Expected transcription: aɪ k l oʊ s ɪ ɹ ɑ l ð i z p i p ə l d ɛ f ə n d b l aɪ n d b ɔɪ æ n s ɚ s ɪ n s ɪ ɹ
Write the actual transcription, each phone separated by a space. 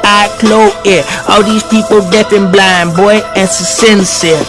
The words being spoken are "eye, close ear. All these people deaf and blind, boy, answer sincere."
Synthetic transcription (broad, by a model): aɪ k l oʊ ɪ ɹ ɑ l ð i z p i p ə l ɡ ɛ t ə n b l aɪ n b ɔɪ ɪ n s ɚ s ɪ n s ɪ